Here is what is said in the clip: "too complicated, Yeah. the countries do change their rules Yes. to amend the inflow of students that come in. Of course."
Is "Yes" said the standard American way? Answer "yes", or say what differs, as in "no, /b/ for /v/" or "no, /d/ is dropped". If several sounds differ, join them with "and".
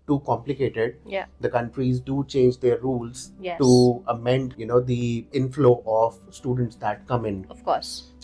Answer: no, /s/ is dropped